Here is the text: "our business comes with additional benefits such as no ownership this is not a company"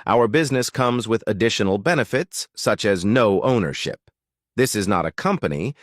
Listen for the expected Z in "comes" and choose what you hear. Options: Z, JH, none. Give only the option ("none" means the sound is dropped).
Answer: Z